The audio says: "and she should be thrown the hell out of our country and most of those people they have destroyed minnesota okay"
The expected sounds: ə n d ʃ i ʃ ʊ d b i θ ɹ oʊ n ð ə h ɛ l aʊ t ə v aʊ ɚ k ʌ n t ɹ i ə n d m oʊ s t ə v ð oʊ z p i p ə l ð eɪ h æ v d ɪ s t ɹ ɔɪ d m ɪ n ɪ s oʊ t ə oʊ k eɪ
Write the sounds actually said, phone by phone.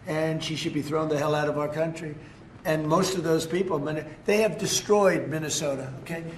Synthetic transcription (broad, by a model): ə n ʃ i ʃ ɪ d b i θ ɹ oʊ n ð ə h ɛ l aʊ t ə v aʊ ɚ k ʌ n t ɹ i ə n m oʊ s t ə v ð oʊ z p i p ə n ð eɪ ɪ v d ɪ s t ɹ ɔɪ d m ɪ n ɪ s oʊ t ə oʊ k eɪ